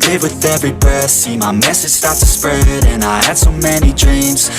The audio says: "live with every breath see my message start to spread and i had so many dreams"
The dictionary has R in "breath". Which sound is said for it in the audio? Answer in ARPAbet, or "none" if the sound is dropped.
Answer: none